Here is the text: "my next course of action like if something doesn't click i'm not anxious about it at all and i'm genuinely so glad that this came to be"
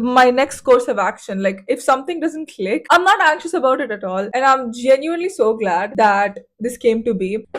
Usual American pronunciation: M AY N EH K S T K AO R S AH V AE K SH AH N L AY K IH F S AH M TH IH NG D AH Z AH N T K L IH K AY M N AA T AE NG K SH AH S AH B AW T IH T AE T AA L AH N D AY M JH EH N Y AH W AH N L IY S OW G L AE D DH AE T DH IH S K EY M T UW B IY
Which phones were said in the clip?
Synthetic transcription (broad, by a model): M AY N EH K S T K AO R S AH V AE K SH AH N L AY K IH F S AH M T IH NG D AH Z AH N T K L IH K AY M N AA T AE NG K SH AH S AH B AW T IH T AE T AA L AH N D AY M JH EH N Y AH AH N L IY S OW G L AE D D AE T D IH S K EY M T UW B IY